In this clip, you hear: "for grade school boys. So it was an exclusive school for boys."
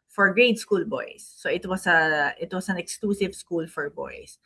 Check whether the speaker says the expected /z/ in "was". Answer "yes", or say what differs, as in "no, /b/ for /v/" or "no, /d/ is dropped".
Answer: no, /s/ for /z/